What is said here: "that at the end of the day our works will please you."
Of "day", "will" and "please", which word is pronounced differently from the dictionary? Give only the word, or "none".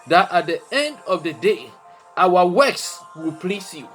please